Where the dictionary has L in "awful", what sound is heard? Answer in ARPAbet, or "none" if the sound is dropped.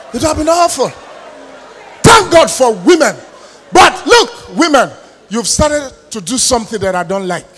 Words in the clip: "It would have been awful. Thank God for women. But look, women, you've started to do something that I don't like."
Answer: L